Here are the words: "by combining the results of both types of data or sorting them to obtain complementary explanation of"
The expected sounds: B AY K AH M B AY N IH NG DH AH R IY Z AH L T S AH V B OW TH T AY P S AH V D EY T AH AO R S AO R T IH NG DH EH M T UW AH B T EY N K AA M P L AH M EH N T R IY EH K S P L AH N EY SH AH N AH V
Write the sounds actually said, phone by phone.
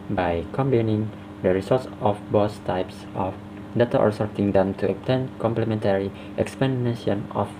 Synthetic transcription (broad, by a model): B AY K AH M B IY N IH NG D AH R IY S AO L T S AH F B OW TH T AY P S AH F D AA T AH AO R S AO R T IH NG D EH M T UW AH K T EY N K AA M P L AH M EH N T R IY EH K S P AH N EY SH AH N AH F